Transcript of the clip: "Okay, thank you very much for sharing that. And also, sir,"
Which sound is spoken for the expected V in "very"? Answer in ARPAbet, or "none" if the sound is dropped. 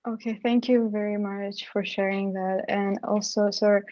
V